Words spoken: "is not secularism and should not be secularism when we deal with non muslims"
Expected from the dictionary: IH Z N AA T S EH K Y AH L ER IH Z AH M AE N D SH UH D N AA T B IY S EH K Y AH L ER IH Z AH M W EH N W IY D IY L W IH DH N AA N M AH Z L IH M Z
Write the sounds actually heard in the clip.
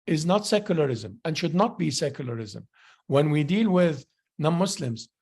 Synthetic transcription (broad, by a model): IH Z N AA T S EH K Y AH L ER IH Z AH M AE N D SH UH D N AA T B IY S EH K Y AH L ER IH Z AH M W EH N W IY D IY L W IH DH N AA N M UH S L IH M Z